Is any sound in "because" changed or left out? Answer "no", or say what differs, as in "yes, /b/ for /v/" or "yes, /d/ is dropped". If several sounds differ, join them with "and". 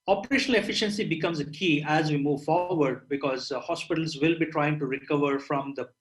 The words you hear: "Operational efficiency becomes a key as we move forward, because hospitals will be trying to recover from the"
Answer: no